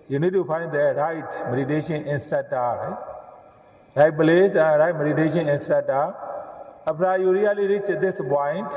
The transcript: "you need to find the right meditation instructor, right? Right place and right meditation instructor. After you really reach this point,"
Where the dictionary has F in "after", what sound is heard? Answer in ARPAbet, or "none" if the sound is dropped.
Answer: P